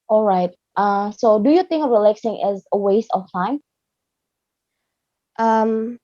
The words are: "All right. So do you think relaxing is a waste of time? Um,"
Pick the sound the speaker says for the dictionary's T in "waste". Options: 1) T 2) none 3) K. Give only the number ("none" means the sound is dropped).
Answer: 1